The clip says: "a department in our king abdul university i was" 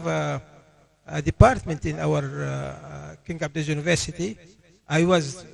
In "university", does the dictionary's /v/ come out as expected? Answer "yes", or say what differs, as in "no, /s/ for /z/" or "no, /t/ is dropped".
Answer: yes